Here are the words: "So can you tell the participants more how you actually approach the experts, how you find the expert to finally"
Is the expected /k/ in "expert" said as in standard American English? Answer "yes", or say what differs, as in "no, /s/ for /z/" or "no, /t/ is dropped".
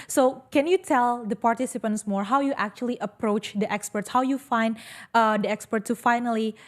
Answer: yes